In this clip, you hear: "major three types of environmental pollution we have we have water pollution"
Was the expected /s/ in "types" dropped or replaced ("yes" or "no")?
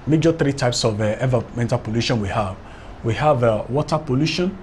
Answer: no